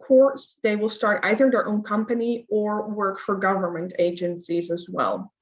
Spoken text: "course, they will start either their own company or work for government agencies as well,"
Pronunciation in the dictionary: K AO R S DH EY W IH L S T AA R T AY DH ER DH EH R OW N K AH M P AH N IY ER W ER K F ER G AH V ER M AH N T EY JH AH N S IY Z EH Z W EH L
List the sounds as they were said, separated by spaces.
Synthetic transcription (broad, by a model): K AO R S DH EY W IH L S T AA R T AY DH ER DH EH R OW N K AH M P AH N IY ER W ER K F ER G AH V ER M AH N T EY JH AH N S IY Z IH Z W EH L